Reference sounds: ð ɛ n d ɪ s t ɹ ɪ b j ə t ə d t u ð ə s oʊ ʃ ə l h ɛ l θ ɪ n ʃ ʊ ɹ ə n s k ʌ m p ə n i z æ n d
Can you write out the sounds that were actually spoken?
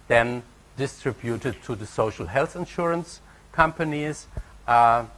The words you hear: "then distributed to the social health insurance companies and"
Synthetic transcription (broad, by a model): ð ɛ n d ɪ s t ɹ ɪ b j ə t ə d t u ð ə s oʊ ʃ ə l h ɛ l θ ɪ n ʃ ʊ ɹ ə n s k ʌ m p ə n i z